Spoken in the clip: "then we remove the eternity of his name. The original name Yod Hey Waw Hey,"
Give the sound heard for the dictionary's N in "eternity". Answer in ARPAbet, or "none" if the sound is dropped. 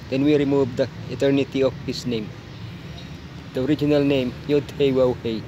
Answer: N